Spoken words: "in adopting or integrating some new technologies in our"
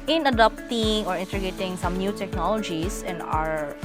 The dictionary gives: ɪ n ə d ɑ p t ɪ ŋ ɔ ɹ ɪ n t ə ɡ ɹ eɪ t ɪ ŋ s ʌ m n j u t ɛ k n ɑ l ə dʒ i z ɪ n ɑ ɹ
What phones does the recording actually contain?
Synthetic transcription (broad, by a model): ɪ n ə d ɑ p t ɪ ŋ ɔ ɹ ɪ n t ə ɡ eɪ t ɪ ŋ s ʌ m n j u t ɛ k n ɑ l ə dʒ i s ɪ n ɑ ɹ